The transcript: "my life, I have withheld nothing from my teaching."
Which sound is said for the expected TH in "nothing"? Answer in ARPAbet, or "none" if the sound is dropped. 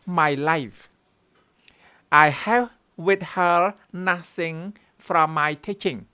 S